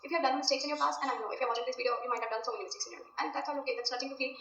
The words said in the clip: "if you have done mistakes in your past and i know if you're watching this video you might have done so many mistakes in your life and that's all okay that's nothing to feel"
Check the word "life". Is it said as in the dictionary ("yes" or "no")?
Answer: no